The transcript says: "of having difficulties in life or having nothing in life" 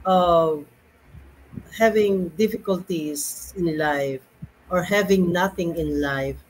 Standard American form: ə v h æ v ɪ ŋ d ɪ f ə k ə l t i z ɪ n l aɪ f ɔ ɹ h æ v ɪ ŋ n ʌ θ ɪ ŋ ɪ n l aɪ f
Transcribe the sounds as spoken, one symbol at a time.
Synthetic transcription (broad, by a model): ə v h æ v ɪ ŋ d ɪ f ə k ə l t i s ɪ n l aɪ f ɔ ɹ h æ v ɪ ŋ n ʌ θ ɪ ŋ ɪ n l aɪ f